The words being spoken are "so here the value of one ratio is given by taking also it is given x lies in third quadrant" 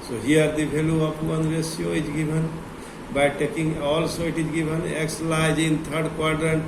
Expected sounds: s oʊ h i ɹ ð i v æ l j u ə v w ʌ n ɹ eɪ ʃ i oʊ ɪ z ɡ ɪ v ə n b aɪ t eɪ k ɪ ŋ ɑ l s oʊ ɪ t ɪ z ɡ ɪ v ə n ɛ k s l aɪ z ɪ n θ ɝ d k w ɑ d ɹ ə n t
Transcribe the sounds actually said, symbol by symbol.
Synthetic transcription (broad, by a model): s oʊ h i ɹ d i b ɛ l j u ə p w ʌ n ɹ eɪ s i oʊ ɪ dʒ ɡ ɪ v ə n b aɪ t eɪ k ɪ ŋ ɑ l s oʊ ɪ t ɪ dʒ ɡ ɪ b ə n ɛ k s l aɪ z ɪ n t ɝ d k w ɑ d ɹ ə n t